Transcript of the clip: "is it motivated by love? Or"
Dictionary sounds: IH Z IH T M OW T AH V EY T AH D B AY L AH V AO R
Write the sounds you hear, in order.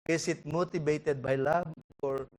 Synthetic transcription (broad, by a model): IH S IH T M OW T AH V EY T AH D B AY L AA B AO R